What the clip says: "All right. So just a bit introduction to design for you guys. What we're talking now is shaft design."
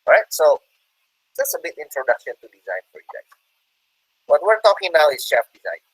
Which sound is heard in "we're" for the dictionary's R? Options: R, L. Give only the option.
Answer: R